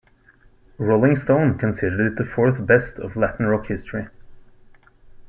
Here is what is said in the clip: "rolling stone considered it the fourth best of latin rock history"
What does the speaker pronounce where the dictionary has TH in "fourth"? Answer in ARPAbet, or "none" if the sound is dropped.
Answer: TH